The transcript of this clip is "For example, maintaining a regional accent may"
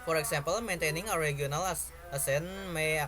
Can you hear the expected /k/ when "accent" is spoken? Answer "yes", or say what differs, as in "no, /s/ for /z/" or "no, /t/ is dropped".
no, /k/ is dropped